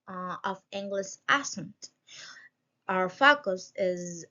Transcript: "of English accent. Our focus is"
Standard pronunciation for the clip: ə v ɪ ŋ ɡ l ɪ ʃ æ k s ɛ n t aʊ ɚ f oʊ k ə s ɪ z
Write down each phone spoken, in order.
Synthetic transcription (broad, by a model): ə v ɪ ŋ ɡ l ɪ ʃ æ s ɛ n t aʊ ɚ f oʊ k ə s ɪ z